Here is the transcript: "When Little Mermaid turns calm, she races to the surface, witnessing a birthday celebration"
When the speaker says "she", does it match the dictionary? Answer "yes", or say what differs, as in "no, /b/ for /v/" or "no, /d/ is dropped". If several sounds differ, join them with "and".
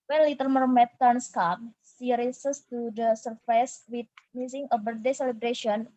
no, /s/ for /ʃ/